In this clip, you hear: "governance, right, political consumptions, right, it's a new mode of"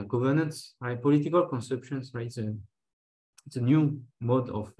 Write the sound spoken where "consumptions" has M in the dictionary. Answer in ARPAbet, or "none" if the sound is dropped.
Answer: none